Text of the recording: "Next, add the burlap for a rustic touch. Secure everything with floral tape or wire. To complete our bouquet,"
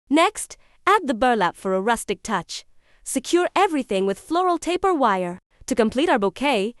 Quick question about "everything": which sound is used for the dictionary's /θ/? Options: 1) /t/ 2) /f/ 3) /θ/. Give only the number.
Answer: 3